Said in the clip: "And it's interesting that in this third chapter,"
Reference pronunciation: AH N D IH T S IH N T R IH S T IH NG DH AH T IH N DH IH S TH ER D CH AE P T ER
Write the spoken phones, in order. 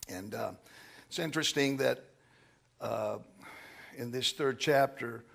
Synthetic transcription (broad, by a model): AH N IH T S IH N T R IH S T IH NG DH AH T IH N DH IH S TH ER D CH AE P T ER